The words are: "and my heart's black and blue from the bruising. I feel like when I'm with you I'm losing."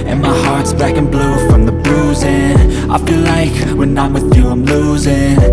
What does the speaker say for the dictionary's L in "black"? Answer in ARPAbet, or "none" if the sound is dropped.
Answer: none